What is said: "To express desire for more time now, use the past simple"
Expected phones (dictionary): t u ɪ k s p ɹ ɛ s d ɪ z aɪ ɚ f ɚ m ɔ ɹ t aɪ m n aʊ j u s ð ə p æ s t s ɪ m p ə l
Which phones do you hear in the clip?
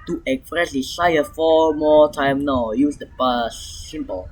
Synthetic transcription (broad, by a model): t u ɪ k s p ɹ ɛ s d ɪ s aɪ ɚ f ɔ m ɔ t aɪ m n aʊ j u s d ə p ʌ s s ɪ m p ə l